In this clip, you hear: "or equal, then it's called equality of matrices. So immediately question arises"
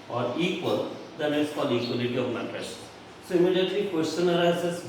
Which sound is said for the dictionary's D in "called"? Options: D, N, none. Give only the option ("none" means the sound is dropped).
none